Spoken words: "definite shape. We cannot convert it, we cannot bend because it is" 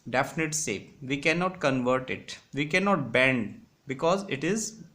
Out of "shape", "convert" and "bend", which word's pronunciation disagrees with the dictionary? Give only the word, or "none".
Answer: shape